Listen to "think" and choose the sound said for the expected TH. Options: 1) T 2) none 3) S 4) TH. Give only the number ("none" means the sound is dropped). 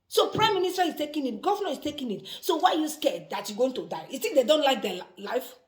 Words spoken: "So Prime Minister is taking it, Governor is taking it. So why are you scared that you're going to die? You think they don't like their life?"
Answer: 3